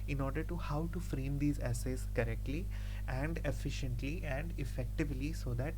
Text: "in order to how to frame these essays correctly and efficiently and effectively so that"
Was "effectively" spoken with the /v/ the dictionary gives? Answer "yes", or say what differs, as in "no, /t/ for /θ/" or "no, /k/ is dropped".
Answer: yes